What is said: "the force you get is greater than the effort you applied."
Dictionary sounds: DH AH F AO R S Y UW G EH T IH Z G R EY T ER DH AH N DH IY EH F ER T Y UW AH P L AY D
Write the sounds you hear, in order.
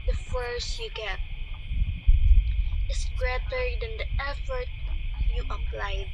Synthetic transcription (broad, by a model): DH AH F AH R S Y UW G EH T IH S G R EY T ER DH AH N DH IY EH F ER T Y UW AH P L AY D